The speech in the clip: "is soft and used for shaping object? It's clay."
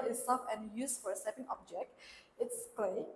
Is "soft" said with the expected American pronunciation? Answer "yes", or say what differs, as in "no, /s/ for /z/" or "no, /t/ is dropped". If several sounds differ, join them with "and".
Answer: no, /t/ is dropped